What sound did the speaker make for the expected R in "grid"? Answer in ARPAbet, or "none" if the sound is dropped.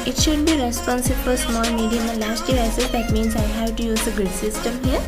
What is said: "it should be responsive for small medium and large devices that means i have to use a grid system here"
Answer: none